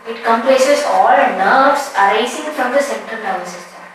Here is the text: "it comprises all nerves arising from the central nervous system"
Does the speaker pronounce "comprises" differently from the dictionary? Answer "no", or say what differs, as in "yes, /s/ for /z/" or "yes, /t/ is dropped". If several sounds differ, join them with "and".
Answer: yes, /l/ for /ɹ/ and /s/ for /z/